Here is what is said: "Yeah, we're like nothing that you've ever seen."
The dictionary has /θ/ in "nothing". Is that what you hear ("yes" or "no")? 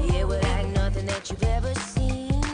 yes